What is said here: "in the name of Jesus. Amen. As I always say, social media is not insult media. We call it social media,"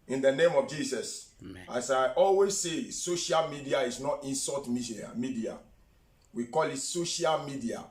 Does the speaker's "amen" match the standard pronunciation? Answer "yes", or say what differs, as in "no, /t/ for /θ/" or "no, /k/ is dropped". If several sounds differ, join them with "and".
no, /n/ is dropped